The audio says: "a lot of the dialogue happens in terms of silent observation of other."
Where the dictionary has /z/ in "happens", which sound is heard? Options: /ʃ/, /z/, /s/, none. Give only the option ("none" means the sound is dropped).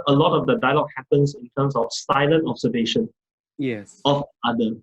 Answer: /s/